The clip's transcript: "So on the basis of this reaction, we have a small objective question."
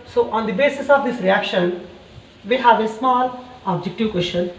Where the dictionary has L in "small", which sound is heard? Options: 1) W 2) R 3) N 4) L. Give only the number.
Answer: 4